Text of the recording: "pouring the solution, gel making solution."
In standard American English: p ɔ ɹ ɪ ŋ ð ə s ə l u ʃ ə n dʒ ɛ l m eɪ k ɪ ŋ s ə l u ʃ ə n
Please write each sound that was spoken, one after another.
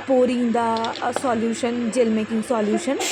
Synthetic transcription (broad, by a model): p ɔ ɹ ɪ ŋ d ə s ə l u ʃ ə n dʒ ɛ l m eɪ k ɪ ŋ s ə l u ʃ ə n